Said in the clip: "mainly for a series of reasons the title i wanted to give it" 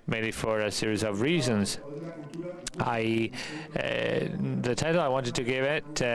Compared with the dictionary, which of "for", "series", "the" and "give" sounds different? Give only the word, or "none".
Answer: none